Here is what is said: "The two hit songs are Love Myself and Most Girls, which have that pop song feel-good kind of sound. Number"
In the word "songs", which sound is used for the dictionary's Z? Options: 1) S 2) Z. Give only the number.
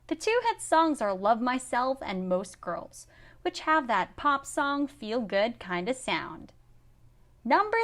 2